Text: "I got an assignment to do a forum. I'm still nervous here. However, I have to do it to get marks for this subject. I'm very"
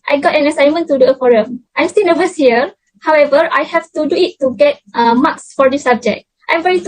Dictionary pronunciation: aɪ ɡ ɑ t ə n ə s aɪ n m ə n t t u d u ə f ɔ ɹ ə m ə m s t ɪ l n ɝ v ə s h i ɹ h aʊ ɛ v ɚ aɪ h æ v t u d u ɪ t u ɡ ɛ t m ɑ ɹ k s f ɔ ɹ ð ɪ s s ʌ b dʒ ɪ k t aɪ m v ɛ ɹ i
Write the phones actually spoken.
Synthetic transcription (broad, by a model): aɪ ɡ ɑ t ə n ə s aɪ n m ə n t t u d u ə f ɔ ɹ ə m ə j s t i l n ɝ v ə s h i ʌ h aʊ ɛ v ɚ aɪ h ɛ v t u d u ɪ t u ɡ ɛ t m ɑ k s f ɔ ɹ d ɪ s s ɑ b dʒ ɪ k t aɪ m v ɛ ɹ i